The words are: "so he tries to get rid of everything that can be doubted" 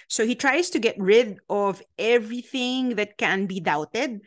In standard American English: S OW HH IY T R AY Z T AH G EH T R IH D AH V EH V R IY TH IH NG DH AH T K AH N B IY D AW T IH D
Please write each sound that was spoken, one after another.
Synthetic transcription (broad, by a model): S OW HH IY T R AY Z T AH G EH T R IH D AH V EH V R IY TH IH NG DH AH T K AH N B IY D AW T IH D